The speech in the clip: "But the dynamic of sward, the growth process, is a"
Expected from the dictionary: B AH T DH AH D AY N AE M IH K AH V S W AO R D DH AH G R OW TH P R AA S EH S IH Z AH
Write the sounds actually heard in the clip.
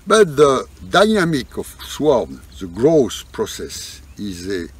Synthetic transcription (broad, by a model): B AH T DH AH D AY N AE M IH K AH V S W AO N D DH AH G R OW S P R AA S EH S IH Z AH